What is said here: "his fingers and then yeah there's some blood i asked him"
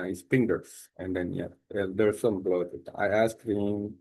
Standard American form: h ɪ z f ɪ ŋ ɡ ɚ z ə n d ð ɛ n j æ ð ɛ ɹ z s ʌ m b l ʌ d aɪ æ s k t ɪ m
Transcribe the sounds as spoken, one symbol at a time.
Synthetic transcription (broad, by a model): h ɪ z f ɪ ŋ ɡ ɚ s ə n d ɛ n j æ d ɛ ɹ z s ʌ m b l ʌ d aɪ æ s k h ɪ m